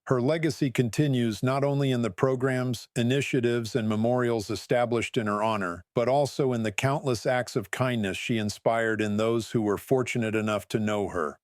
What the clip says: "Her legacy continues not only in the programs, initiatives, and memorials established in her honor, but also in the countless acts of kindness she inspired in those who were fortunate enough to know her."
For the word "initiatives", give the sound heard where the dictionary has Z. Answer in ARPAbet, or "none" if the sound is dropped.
Z